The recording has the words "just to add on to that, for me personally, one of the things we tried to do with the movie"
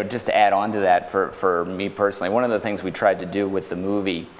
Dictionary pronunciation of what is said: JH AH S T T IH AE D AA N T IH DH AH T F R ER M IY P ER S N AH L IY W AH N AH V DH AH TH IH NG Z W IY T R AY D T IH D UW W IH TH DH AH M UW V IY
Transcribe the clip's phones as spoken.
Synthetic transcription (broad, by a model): JH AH S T T IH AE D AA N T IH DH AH T F R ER M IY P ER S N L IY W AH N AH V DH AH TH IH NG Z W IY T R AY D T IH D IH W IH DH AH M UW V IY